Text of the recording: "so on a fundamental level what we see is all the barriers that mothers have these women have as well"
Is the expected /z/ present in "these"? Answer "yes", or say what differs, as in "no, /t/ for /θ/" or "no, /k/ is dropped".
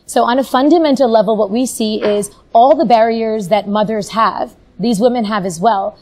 yes